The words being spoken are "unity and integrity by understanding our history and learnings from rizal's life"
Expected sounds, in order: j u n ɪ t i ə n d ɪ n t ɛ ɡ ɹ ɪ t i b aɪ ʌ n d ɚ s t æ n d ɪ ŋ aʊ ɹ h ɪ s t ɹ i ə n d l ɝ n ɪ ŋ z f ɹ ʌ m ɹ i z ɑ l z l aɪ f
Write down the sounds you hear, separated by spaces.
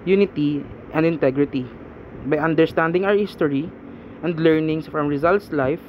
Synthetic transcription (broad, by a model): j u n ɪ t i ə n d ɪ n t ɛ ɡ ɹ ɪ t i b aɪ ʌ n d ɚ s t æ n d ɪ ŋ aʊ ɹ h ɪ s t ɹ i ə n d l ɝ n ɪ ŋ s f ɹ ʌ m ɹ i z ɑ l s l aɪ f